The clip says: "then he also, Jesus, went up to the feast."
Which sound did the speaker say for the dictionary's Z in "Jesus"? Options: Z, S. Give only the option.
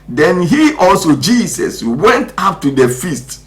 S